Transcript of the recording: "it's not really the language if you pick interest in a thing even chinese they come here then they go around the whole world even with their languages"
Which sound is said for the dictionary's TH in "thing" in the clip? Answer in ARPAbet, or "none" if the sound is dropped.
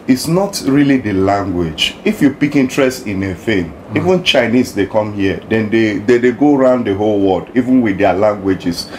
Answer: F